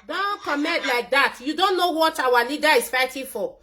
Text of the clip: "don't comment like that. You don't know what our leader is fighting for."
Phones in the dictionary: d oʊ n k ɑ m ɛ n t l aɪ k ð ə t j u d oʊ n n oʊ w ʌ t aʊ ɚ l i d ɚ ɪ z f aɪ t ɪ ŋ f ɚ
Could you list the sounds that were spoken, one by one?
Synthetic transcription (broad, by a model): d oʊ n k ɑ m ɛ t l aɪ k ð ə t j u d oʊ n n oʊ w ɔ t aʊ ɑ l i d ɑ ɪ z f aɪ t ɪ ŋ f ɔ